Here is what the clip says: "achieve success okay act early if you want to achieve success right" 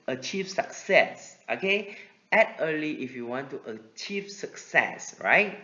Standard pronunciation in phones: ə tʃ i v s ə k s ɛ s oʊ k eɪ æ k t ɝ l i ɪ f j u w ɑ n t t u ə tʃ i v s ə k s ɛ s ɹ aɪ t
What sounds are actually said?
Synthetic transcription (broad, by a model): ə tʃ i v s ə k s ɛ s oʊ k eɪ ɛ t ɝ l i ɪ f j u w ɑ n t t u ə tʃ i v s ə k s ɛ s ɹ aɪ t